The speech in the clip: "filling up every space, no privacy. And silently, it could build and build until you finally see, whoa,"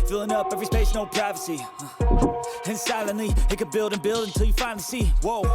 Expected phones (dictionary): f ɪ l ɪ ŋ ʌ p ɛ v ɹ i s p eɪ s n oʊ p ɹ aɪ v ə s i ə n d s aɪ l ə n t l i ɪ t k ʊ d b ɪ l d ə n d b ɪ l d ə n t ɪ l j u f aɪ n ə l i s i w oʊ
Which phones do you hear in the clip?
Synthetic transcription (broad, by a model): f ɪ l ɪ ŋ ʌ p ɛ v ɹ i s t eɪ ʃ n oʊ p ɹ aɪ v ə s i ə n s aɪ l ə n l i ɪ t k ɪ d b ɪ l d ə n b ɪ l d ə n t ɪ l j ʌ f aɪ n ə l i s i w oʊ